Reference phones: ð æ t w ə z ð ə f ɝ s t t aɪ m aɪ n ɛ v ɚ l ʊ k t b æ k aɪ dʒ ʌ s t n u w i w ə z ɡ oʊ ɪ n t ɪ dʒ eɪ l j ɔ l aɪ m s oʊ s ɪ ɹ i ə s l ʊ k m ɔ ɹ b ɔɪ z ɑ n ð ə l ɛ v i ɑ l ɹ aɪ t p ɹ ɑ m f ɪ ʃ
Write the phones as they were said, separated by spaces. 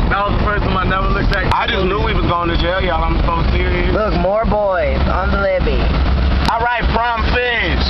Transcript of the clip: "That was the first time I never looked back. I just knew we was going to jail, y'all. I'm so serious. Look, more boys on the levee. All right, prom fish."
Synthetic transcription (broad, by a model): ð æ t w ə z ð ə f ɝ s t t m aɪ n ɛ w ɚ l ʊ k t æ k aɪ dʒ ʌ s n u w i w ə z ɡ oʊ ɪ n t ɪ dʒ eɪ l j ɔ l aɪ m s oʊ s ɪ ɹ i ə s l ʊ k m ɔ ɹ b ɔɪ z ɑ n ð ə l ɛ b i ɑ l ɹ aɪ t f ɹ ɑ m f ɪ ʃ